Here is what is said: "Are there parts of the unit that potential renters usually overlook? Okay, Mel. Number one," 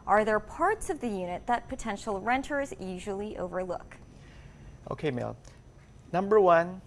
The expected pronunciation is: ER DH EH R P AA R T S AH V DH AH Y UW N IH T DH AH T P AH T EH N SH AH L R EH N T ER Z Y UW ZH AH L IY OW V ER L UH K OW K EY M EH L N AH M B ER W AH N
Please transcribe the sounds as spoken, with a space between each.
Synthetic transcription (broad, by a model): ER DH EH R P AA R T S AH V DH AH Y UW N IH T DH AH T P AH T EH N SH L R EH N T ER Z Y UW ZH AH L IY OW V ER L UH K OW K EY M EH L N AH M B ER W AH N